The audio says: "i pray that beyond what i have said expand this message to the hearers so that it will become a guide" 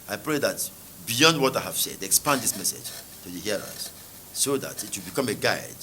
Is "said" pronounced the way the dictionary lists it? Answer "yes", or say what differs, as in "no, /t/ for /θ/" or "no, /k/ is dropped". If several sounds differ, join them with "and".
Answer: yes